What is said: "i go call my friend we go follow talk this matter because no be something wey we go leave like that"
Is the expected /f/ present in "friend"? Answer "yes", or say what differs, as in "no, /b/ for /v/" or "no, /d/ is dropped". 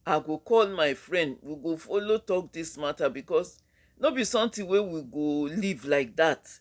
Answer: yes